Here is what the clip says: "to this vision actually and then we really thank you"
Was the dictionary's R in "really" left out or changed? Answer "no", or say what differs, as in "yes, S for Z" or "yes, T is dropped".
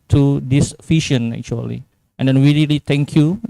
yes, L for R